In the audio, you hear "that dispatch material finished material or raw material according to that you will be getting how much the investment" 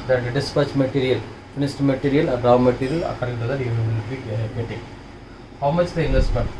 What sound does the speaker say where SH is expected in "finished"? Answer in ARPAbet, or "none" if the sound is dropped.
S